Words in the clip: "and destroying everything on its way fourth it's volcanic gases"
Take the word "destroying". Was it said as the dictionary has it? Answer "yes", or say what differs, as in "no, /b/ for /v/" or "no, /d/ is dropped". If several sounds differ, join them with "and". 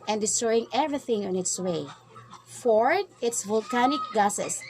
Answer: yes